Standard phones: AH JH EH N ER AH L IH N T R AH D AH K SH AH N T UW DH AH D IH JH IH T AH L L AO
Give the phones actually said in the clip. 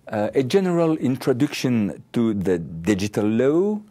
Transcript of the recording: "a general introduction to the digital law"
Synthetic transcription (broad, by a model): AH JH EH N ER AH L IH N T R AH D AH K SH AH N T UW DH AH D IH JH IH T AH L L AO